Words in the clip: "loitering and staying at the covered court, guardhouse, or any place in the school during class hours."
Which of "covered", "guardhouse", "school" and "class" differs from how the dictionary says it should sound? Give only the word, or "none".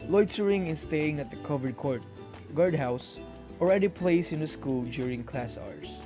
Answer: none